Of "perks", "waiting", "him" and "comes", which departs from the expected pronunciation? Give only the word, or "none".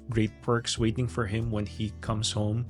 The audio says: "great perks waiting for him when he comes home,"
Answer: comes